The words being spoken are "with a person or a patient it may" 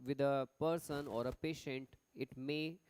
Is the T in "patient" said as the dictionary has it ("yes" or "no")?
yes